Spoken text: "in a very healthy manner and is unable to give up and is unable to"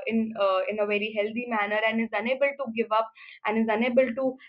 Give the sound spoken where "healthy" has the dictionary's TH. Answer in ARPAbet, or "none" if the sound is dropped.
T